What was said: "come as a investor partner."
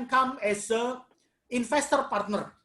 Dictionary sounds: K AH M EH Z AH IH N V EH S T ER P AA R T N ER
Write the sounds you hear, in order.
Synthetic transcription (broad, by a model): K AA M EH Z AH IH N F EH S T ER P AA R T N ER